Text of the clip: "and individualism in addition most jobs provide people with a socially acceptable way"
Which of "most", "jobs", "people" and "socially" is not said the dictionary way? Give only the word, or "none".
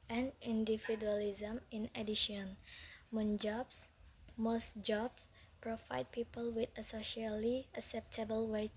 jobs